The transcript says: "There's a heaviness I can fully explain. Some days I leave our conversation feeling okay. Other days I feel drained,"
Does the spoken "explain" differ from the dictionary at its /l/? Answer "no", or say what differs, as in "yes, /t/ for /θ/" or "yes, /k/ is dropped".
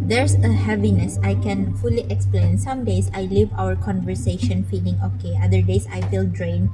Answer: no